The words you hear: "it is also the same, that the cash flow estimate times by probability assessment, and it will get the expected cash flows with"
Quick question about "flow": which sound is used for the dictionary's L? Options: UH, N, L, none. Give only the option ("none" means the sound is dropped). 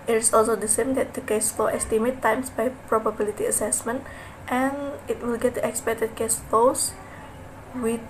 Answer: none